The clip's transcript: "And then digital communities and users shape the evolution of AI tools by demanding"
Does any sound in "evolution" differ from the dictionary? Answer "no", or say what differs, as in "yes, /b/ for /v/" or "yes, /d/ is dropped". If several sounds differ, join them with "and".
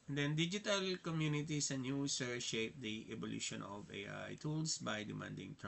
yes, /b/ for /v/